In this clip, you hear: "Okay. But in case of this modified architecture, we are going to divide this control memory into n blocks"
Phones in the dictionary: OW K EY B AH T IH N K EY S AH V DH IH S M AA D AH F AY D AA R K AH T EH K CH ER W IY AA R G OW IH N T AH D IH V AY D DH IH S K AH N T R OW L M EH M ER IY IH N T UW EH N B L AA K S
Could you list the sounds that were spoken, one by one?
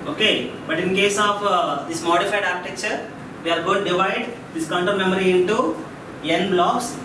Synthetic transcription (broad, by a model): OW K EY B AH T IH N K EY S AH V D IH S M AA D AH F AY D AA R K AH T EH K CH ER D IY AA R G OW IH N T D IH V AY D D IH S K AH N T OW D M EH M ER IY IH N T UW EH N B L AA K S